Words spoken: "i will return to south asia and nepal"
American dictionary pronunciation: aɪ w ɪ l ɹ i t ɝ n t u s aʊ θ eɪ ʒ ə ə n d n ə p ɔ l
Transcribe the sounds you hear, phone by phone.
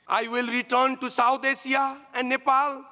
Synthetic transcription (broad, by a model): aɪ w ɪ l ɹ i t ɝ n t u s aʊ t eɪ s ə ə n d n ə p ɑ l